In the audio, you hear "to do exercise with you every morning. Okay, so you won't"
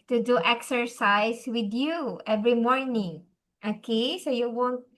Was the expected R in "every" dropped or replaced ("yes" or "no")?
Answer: no